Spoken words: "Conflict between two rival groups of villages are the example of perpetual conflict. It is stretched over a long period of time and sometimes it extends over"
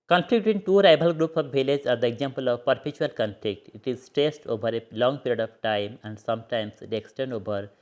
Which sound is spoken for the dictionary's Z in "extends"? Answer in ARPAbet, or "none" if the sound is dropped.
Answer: none